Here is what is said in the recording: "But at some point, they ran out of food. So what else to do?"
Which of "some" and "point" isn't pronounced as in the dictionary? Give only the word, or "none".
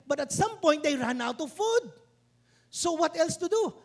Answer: point